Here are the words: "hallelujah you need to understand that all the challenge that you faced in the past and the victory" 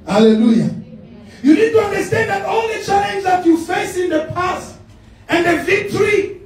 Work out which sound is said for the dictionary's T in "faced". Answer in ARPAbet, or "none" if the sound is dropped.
none